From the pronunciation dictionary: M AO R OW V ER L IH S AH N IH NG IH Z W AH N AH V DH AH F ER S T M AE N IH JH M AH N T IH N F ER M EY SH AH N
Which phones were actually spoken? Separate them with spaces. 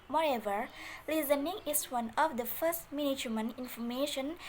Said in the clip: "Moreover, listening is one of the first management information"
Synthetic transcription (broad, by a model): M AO R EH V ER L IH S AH N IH NG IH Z W AH N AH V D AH F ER S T M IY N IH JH M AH N IH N F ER M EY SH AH N